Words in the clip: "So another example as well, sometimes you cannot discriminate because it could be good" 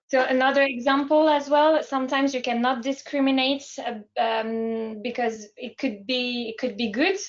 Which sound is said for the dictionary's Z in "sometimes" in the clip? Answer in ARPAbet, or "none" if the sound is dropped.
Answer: Z